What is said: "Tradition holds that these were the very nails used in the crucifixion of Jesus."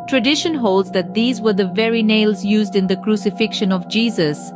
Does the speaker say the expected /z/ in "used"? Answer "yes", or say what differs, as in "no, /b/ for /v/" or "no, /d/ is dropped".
yes